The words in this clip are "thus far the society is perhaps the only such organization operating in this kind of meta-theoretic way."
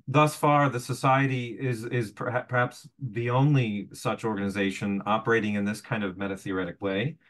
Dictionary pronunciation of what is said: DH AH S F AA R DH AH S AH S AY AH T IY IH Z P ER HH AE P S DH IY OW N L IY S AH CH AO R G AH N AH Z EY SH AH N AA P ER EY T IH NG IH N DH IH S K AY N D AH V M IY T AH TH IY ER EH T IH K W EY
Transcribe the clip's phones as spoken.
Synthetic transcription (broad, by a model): DH AH S F AA R DH AH S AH S AY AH T IY IH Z P ER HH AE P S DH IY OW N L IY S AH CH AO R G AH N AH Z EY SH AH N AA P ER EY T IH NG IH N DH IH S K AY N D AH V M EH T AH TH IY ER EH T IH K W EY